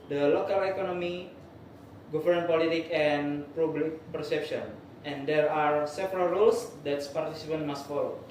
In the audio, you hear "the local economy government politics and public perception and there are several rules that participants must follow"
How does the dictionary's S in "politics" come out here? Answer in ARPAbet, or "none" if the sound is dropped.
none